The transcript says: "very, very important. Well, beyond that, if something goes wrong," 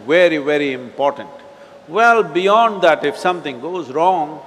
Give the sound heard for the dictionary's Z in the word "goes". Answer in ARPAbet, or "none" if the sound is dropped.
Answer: Z